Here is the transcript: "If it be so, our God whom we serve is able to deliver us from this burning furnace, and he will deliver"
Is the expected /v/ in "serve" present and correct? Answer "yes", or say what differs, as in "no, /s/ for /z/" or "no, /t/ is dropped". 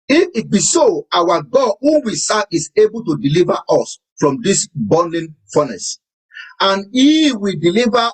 no, /v/ is dropped